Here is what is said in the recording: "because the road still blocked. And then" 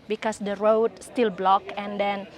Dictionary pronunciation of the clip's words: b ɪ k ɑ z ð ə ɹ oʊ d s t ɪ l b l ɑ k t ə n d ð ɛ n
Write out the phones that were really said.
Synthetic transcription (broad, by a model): b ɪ k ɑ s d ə ɹ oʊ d s t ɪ l b l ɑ k ə n d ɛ n